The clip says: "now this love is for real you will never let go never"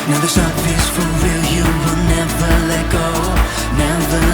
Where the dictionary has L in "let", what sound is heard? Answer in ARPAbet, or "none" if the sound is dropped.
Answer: L